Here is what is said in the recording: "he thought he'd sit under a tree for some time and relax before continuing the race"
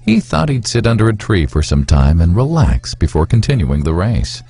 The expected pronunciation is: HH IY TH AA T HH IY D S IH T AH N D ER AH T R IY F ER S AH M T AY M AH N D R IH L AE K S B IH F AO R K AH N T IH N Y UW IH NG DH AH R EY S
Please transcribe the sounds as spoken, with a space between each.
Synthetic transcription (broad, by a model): HH IY TH AA T HH IY D S IH T AH N D ER AH T R IY F ER S AH M T AY M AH N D R IH L AE K S B IH F AO R K N T IH N Y UW IH NG DH AH R EY S